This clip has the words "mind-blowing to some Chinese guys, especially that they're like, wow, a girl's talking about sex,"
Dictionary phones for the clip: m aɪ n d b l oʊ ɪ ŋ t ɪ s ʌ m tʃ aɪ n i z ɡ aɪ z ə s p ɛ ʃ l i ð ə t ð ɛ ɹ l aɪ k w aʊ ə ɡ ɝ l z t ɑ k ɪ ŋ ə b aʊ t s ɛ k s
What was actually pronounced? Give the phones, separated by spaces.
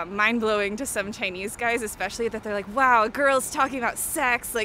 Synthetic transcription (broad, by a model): m aɪ n b l oʊ ɪ ŋ t ɪ s ʌ m tʃ aɪ n i z ɡ aɪ z ə s p ɛ ʃ l i ð ə t ð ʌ ɹ l aɪ k w aʊ ə ɡ ɝ l z t ɑ k ɪ ŋ ə b aʊ t s ɛ k s